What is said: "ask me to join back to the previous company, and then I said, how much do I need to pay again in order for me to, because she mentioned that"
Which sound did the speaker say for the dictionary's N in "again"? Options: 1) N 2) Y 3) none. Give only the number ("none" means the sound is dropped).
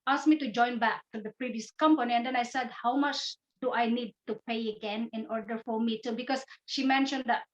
1